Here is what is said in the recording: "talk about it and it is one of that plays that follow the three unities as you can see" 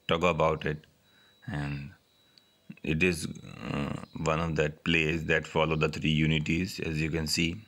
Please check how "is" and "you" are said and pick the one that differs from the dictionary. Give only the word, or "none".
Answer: none